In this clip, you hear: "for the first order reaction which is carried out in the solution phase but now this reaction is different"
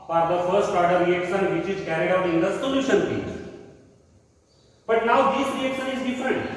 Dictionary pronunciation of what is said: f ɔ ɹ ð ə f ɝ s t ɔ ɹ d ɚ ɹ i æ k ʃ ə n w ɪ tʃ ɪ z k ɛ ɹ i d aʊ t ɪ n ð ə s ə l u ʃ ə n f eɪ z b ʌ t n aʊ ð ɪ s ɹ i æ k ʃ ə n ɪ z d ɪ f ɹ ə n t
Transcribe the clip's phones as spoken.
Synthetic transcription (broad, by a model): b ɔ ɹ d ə f ɝ s t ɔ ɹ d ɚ ɹ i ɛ k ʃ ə n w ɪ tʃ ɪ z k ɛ ɹ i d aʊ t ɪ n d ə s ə l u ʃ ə n p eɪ b ʌ t n aʊ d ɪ s ɹ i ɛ k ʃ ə n ɪ z d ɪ f ɹ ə n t